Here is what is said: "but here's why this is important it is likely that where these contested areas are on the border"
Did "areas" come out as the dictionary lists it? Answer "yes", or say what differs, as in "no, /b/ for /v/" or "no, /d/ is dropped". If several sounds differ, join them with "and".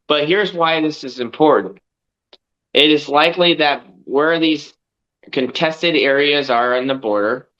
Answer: yes